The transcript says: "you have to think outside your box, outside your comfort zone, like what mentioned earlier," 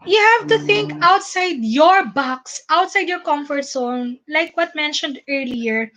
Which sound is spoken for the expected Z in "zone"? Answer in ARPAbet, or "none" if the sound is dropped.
S